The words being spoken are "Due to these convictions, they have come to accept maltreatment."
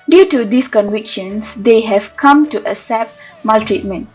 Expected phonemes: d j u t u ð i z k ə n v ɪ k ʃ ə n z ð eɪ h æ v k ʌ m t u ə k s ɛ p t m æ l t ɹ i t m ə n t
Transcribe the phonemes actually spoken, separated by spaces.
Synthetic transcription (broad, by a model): d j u t u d i s k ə n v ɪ k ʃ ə n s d eɪ h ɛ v k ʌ m t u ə s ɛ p m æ l t ɹ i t m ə n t